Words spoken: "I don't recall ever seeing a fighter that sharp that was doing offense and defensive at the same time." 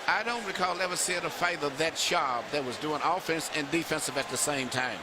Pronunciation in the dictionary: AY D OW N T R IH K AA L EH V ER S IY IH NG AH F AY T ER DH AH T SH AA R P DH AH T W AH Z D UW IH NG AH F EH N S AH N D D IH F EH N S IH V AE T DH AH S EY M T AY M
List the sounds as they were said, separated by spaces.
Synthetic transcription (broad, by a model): AY D OW N T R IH K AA L EH V ER S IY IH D AH F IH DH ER DH AH T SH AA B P DH AH T W AH Z D UW IH NG AH F EH N S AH N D D IH F EH N S IH V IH T DH AH S EY M T AY M